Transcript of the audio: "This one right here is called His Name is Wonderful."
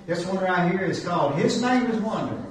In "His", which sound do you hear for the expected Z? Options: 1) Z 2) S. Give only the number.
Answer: 1